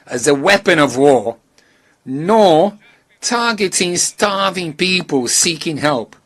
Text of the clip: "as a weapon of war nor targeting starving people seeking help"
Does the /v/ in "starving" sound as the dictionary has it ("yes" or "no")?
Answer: yes